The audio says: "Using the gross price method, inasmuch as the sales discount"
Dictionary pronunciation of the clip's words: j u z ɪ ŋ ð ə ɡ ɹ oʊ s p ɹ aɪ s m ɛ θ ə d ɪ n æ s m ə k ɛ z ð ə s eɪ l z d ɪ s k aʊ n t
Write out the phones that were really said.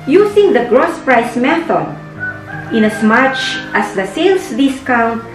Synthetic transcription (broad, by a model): j u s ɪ ŋ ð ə ɡ ɹ oʊ s p ɹ aɪ s m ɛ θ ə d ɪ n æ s m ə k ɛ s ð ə s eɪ l s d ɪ s k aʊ n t